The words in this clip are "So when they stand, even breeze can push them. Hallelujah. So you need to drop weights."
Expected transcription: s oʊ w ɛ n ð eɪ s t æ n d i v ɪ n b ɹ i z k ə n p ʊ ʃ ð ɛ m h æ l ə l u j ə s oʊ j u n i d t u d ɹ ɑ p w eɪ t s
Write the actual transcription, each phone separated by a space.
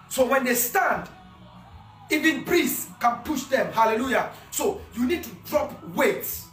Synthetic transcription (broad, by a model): s oʊ w ɛ n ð eɪ s t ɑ n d i v ɪ n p ɹ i s k ə n p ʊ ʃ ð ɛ m h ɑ l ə l u j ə s oʊ j u n i d t u d ɹ ɑ p w eɪ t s